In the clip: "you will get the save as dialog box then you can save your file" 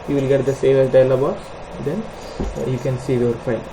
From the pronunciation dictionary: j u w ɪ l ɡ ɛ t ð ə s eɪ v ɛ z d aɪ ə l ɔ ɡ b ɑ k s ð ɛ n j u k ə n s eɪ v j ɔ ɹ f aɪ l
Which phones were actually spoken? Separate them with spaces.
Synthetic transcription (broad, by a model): j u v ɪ l ɡ ɛ t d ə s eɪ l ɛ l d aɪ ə l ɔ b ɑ s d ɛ n j u k ə n s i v j ɔ ɹ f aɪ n